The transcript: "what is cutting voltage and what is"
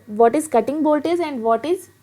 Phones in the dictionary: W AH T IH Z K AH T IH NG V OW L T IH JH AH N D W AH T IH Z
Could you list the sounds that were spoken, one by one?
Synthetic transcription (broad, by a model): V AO T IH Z K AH T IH NG B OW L T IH Z AH N D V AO T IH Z